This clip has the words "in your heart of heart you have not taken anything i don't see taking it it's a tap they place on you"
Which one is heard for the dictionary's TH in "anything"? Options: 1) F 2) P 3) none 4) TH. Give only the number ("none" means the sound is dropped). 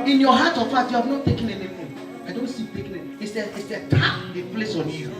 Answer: 1